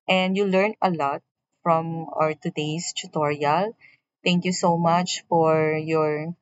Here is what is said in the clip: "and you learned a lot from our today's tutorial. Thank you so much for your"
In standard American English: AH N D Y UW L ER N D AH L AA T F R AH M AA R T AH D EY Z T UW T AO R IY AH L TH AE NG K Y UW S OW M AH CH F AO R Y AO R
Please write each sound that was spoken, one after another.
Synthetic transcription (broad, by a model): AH N D Y UW L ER N AH L AA T F R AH M AA R T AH D EY S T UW T AO R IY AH L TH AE NG K Y UW S OW M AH CH F AO R Y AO R